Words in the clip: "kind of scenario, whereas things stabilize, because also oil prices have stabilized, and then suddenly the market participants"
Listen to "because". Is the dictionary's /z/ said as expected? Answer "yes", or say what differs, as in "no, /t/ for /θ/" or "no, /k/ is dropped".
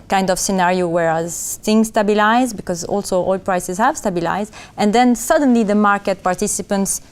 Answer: yes